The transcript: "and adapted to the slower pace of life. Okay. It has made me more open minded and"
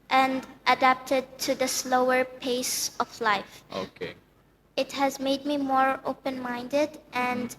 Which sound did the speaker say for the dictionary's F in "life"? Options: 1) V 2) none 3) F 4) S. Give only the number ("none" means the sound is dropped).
3